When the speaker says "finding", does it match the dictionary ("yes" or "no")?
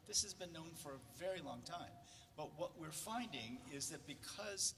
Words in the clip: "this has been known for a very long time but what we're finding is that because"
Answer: yes